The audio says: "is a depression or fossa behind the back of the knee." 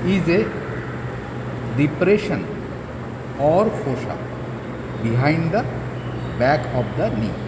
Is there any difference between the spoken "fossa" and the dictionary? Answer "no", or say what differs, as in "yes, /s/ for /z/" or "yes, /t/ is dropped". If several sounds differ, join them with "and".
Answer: yes, /ʃ/ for /s/